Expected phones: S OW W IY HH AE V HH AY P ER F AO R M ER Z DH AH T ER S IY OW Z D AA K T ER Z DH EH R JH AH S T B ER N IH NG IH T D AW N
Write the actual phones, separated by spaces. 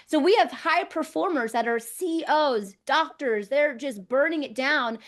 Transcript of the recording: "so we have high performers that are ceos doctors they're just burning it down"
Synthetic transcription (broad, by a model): S OW W IY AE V HH AY P ER F AO R M ER Z DH AH T ER S IY OW Z D AA K T ER Z DH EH R JH AH S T B ER N IH NG IH T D AW N